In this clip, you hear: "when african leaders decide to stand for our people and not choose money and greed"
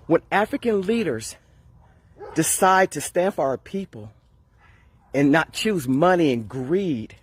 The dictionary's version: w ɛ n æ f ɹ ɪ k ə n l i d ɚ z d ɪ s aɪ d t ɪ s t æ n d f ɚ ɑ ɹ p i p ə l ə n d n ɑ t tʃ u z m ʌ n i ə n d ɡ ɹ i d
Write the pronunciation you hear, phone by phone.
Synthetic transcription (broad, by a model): w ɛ n æ f ɹ ɪ k ə n l i d ɚ z d ɪ s aɪ d t ɪ s t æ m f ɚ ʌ ɹ p i p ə l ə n n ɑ t tʃ u z m ʌ n i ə n ɡ ɹ i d